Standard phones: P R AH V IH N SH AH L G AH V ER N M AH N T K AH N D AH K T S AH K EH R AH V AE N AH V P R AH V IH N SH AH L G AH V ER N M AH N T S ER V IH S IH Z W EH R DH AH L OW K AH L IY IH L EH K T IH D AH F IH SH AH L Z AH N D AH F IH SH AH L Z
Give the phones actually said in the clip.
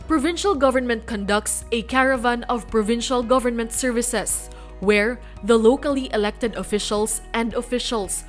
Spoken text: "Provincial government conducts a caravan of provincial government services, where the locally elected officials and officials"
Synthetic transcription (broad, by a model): P R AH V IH N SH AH L G AH V ER N M AH N T K AH N D AH K T S AH K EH R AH V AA N AH V P R AH V IH N SH AH L G AH V ER N M AH N T S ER V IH S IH S W EH R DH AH L OW K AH L IY IH L EH K T IH D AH F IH SH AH L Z AH N D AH F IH SH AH L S